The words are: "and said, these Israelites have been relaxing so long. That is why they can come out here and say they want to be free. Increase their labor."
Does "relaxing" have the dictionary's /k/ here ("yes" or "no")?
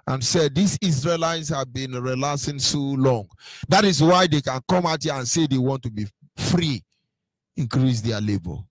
no